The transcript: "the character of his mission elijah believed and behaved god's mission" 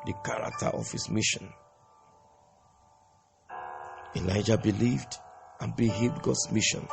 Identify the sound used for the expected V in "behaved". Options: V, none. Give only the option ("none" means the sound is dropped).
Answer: none